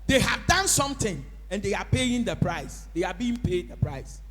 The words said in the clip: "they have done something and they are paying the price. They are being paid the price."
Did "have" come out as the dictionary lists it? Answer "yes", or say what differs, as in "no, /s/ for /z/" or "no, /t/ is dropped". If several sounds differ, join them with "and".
yes